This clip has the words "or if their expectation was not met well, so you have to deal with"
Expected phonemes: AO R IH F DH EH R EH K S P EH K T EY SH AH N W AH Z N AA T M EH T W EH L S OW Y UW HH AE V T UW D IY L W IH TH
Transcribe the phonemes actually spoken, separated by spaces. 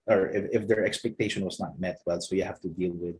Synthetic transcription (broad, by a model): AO R IH F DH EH R EH K S P EH K T EY SH AH N W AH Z N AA T M EH T W EH L S OW Y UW HH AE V T UW D IY L W IH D